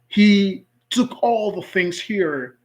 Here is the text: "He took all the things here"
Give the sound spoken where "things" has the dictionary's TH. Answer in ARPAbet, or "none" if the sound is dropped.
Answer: TH